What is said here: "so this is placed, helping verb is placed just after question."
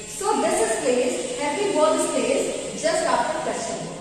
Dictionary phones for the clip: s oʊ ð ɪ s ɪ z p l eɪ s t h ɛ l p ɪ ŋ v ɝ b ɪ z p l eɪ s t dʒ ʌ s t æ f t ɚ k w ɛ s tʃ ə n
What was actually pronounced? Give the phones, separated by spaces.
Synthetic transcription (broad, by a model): s oʊ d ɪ s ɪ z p l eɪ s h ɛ p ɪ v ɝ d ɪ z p l eɪ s dʒ ʌ s t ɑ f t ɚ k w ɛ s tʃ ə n